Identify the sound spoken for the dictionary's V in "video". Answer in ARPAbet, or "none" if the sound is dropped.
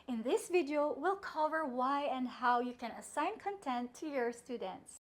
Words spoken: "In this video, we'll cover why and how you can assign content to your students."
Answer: V